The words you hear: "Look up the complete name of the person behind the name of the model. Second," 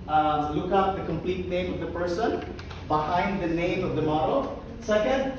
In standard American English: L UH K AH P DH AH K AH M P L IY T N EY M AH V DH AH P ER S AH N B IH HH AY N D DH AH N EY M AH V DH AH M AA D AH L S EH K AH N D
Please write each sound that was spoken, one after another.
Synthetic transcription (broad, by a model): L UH K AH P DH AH K AH M P L IY T N EY M AH V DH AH P ER S AH N B IH HH AY N D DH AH N EY M AH V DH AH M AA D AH S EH K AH N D